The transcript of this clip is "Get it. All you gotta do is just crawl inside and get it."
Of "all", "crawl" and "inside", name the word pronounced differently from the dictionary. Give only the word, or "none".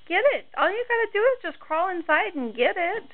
none